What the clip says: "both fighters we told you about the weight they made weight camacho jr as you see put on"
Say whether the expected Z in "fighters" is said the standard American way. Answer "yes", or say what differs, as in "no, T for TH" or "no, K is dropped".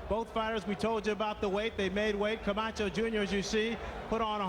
yes